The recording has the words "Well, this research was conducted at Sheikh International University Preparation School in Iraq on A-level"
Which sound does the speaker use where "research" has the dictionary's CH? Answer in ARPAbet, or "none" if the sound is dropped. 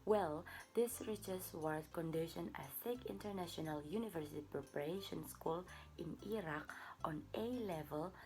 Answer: S